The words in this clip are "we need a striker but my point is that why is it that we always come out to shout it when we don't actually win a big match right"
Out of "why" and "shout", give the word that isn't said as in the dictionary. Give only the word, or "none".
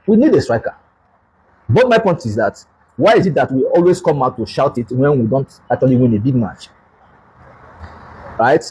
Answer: none